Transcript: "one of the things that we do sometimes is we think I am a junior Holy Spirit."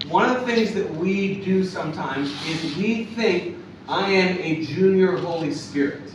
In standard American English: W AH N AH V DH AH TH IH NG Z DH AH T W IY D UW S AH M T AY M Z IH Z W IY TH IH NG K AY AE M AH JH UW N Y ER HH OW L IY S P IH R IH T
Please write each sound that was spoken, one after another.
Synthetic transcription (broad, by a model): W AH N AH V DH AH TH IH NG Z DH AH T W IY D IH S AH M T AY M Z IH Z W IY TH IH NG K AY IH M AH JH UW N Y ER HH OW L IY S P IH R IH T